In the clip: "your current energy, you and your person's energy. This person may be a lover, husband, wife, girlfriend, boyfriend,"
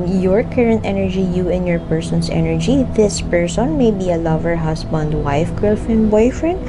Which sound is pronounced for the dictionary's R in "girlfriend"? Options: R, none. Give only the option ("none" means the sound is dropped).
none